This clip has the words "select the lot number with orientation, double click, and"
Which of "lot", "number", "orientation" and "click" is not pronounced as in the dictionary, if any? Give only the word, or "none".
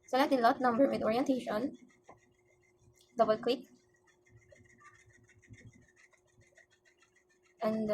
click